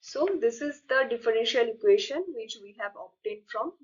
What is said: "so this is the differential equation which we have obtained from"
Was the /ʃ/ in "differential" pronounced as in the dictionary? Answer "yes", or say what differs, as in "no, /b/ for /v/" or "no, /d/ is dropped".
yes